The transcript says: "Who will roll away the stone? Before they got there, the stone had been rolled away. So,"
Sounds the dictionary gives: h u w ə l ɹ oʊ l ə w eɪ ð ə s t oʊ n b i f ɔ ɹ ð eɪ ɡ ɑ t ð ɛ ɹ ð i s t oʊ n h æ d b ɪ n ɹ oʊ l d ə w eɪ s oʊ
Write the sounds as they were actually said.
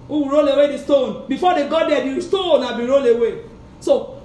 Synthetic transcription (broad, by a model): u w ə ɹ oʊ l ə w eɪ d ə s t oʊ n b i f ɔ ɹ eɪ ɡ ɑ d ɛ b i s t oʊ n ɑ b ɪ ɹ oʊ l ə w eɪ s oʊ